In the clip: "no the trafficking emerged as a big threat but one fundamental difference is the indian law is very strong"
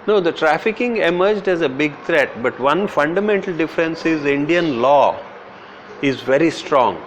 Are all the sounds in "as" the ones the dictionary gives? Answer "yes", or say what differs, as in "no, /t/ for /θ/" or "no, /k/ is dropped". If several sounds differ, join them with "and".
yes